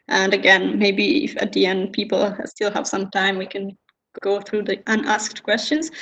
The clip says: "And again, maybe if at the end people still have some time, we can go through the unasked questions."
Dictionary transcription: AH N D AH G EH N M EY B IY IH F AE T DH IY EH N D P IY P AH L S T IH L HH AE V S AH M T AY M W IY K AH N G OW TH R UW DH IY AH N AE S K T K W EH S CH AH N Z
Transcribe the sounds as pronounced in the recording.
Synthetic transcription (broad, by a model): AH N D AH G EH N M EY B IY IH F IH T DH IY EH N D P IY P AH L S T IH L HH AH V S AH M T AY M W IY K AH N G OW TH R UW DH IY AH N AE S K T K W EH S CH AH N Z